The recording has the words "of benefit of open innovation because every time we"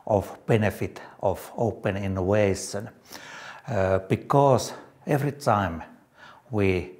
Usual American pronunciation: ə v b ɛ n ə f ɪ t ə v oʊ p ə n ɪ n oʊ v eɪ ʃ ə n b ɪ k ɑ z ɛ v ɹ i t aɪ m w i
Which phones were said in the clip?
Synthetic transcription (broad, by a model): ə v b ɛ n ə f ɪ t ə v oʊ p ə n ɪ n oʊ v eɪ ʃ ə n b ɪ k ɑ s ɛ v ɹ i t aɪ m w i